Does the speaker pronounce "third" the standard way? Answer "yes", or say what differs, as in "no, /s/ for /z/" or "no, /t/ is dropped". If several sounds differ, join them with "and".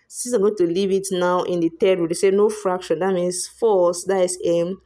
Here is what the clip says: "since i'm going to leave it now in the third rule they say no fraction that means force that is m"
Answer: no, /t/ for /θ/